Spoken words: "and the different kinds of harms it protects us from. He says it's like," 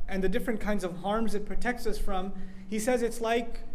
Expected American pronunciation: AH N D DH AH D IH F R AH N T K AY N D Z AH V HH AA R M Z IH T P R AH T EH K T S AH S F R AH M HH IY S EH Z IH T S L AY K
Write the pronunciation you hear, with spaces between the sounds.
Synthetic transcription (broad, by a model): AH N DH AH D IH F R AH N K AY N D Z AH V HH AA R M Z IH T P R AH T EH K T S AH S F R AH M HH IY S EH Z IH T S L AY K